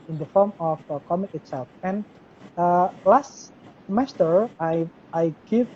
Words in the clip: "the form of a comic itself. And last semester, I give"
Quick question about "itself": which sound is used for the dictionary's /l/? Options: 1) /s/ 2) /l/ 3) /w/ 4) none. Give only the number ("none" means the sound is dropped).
2